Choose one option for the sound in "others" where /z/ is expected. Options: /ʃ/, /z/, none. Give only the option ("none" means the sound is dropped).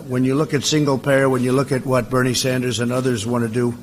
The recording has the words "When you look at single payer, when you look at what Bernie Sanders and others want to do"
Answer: /z/